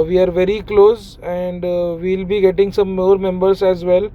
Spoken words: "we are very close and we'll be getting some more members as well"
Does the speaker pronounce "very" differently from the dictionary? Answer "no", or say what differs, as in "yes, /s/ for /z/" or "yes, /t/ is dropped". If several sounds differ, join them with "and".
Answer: no